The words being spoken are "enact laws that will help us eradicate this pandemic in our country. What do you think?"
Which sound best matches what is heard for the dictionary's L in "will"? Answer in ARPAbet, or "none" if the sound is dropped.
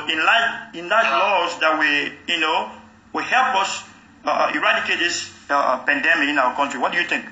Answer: W